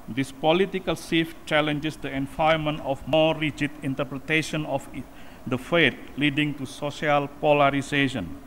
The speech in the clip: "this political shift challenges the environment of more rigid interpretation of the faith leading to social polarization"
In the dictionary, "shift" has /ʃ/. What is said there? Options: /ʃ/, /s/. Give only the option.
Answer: /s/